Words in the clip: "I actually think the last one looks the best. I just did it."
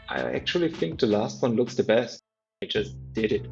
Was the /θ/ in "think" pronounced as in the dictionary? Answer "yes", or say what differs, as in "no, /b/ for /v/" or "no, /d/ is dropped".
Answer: yes